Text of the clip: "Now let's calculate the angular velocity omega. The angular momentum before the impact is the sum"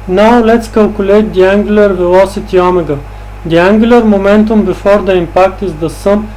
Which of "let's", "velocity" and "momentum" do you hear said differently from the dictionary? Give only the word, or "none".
none